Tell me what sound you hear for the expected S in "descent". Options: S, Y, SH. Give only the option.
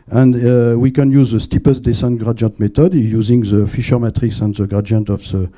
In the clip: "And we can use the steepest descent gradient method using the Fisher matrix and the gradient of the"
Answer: S